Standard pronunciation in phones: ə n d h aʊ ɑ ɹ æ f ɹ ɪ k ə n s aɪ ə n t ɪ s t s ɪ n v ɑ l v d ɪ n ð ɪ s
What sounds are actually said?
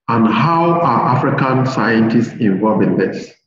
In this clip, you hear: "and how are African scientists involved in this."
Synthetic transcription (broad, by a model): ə n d h aʊ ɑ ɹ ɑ f ɹ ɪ k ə n s aɪ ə n t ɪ s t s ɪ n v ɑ l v ɪ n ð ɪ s